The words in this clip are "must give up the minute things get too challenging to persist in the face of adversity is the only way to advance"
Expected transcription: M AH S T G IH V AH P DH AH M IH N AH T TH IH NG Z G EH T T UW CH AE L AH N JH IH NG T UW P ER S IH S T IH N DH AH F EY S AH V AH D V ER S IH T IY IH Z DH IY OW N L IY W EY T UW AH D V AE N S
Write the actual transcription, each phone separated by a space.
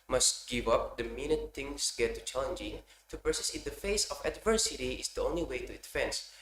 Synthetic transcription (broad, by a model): M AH S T G IH V AH P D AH M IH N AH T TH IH NG S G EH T T UW CH AE L AH N JH IH NG T UW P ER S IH S IH N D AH F EY S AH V AH D V ER S IH T IY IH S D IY OW N L IY W EY T UW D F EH N S